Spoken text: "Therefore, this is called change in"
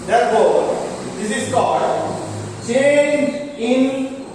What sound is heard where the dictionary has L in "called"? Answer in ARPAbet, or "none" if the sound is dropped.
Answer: none